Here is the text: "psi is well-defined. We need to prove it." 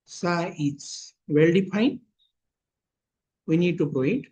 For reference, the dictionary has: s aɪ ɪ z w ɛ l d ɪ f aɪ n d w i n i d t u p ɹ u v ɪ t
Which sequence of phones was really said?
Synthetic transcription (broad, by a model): s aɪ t s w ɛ l d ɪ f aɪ n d w i n i d t u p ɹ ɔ ɪ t